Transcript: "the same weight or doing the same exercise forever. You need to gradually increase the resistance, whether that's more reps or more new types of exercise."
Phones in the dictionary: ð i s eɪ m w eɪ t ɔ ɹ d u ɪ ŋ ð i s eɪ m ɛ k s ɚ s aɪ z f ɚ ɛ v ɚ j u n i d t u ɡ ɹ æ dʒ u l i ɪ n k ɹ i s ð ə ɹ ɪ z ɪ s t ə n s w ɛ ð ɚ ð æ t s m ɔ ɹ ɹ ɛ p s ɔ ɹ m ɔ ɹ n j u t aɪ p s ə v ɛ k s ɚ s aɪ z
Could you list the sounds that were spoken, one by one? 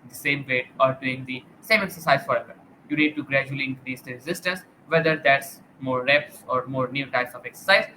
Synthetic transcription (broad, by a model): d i s eɪ m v eɪ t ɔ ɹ d u ɪ ŋ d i s eɪ m ɛ k s ɚ s aɪ z f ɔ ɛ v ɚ j u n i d t u ɡ ɹ æ dʒ u l i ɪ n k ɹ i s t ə ɹ ɪ z ɪ s t ə n s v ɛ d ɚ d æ t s m ɔ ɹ ɹ ɛ p s ɔ ɹ m ɔ ɹ n j u t aɪ p s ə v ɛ k s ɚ s aɪ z